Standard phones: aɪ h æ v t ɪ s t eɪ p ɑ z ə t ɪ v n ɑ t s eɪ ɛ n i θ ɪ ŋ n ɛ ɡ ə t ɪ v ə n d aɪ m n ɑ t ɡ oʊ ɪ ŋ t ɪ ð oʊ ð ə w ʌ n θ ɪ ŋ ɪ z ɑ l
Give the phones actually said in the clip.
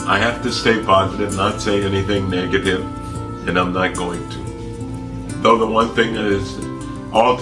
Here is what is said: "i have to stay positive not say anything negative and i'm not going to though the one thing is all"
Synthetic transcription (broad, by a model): aɪ h æ f t ɪ s t eɪ p ɑ z ə t ɪ v n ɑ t s eɪ ɛ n i θ ɪ ŋ n ɛ ɡ ə t ɪ v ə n aɪ m n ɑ t ɡ oʊ ɪ ŋ t ɪ ð oʊ ð ə w ʌ n θ ɪ ŋ ɪ z ɑ l